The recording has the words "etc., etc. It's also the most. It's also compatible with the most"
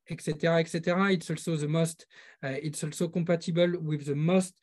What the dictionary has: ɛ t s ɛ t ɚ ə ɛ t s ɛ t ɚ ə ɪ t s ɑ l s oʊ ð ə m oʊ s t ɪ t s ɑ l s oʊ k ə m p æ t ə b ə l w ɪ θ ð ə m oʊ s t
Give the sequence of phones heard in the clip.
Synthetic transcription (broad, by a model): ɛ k s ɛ t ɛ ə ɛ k s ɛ t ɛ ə ɪ t s ɑ l s oʊ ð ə m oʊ s t ɪ t s ɑ l s oʊ k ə p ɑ t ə b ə l w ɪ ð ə m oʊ s t